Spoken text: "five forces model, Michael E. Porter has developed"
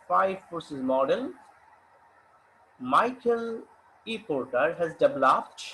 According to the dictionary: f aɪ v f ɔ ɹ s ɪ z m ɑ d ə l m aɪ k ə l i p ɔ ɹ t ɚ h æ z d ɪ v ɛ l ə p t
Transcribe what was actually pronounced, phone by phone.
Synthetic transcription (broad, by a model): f aɪ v p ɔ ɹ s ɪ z m ɑ d ə l m aɪ k ə l i p ɔ ɹ t ɚ h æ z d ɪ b l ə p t